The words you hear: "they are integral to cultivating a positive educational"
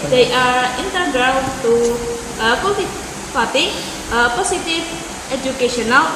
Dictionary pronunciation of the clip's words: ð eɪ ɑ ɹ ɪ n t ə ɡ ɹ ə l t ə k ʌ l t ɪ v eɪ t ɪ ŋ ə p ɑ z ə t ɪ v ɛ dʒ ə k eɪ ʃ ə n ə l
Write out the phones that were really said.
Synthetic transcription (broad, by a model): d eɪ ɑ ɹ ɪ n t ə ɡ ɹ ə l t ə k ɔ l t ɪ p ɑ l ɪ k ə p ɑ s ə t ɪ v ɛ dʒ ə k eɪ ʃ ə n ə l